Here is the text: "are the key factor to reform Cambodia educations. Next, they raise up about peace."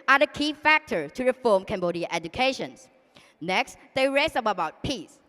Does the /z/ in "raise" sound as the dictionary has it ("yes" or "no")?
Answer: no